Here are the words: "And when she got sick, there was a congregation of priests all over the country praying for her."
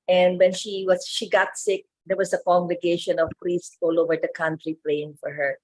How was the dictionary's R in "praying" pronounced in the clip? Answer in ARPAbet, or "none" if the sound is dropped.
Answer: L